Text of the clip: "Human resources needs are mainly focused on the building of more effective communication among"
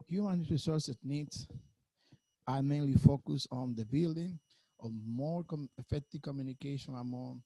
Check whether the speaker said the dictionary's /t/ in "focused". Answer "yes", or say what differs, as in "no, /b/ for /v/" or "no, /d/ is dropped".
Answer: no, /t/ is dropped